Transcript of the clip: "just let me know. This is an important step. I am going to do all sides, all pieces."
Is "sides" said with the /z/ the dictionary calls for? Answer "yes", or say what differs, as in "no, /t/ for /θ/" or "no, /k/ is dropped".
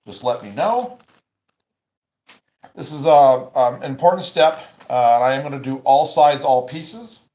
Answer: yes